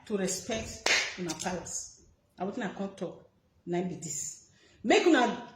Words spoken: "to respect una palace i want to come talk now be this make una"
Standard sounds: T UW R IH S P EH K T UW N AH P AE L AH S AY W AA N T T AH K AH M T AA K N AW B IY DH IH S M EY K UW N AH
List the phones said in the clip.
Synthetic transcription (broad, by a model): T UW R IH S P EH K T UW N AH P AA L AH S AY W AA T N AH K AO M T AA K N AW B IY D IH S M EY K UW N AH